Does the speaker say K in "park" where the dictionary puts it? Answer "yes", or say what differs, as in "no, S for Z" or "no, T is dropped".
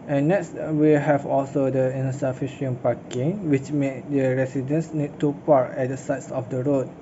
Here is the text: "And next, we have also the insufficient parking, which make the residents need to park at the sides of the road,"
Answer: no, K is dropped